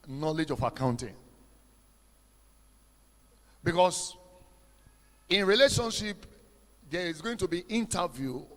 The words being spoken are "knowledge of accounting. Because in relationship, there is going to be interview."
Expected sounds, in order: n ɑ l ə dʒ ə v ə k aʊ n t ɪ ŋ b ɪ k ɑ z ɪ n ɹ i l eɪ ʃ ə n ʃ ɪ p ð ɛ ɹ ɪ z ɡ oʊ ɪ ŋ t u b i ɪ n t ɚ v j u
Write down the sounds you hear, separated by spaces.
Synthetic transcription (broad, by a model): n ɑ l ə dʒ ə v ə k aʊ n t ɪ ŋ b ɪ k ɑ s ɪ n ɹ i l eɪ ʃ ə n ʃ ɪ p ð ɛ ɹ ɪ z ɡ oʊ ɪ ŋ t u b i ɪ n t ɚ v j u